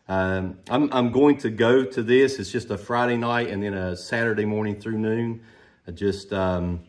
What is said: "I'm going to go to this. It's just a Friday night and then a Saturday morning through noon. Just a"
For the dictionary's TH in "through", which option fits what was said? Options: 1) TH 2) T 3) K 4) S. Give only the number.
1